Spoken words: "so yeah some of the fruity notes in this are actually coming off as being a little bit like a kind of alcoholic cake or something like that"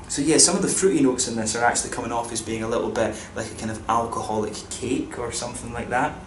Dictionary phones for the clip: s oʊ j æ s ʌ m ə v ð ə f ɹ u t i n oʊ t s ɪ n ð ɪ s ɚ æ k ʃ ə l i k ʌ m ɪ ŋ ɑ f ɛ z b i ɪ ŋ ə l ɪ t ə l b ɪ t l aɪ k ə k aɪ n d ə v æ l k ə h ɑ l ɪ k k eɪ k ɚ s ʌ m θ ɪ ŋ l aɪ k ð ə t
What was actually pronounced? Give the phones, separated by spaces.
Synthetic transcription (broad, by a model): s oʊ j æ s ʌ m ə v ð ə f ɹ u t i n oʊ t s ɪ n ð ɪ s ɚ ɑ k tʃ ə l i k ʌ m ɪ ŋ ɑ f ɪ z b i ɪ ŋ ə l ɪ t l b ɪ t l aɪ k ə k aɪ n d ə v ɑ l k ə h ɑ l ɪ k k eɪ k ɚ s ʌ m θ ɪ ŋ l aɪ k ð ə t